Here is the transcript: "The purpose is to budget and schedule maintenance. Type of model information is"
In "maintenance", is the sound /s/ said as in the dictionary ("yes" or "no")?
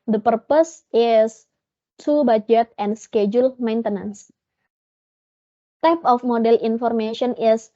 yes